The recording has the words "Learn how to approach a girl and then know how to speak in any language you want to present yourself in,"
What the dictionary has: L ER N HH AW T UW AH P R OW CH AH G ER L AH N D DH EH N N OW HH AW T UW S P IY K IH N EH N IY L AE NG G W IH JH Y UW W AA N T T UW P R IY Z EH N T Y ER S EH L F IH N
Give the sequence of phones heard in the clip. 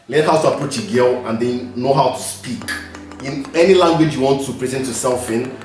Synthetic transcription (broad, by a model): L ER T HH AW T UW AH P R OW CH AH G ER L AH N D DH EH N N OW HH AW T UW S P IY K IH N EH N IY L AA NG G W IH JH Y UW W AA N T T UW P R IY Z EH N T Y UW S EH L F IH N